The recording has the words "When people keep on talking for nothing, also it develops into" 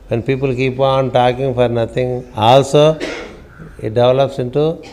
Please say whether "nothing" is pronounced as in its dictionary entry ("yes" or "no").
no